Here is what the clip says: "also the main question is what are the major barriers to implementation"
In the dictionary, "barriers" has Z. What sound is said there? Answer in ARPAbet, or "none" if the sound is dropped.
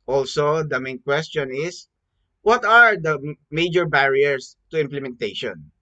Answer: S